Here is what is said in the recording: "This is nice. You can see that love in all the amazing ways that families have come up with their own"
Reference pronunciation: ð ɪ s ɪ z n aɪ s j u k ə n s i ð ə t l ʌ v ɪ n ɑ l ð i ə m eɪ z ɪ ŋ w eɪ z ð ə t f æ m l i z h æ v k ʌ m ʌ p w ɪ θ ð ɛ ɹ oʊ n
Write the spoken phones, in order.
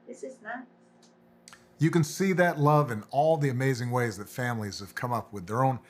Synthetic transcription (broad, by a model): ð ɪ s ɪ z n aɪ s j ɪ k ə n s i ð ə t l ʌ v ɪ n ɑ l ð i ə m eɪ z ɪ ŋ w eɪ z ð ə t f æ m l i z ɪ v k ʌ m ʌ p w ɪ ð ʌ ɹ oʊ n